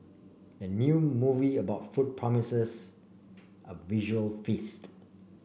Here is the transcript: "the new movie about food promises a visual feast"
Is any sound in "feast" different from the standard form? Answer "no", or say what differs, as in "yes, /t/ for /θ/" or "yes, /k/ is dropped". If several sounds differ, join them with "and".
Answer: no